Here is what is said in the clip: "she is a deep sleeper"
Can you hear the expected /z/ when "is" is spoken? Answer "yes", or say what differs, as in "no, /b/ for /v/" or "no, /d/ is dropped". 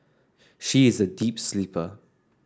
yes